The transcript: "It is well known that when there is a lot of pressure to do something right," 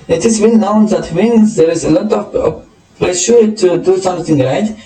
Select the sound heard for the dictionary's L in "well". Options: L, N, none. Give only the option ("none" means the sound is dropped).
N